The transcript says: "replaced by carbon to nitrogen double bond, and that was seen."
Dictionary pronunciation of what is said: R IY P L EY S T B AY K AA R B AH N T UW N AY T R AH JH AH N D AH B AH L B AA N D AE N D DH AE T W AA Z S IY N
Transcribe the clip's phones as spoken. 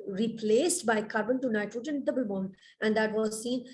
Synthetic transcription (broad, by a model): R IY P L EY S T B AY K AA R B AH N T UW N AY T AH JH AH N D AH B AH L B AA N AE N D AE T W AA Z S IY N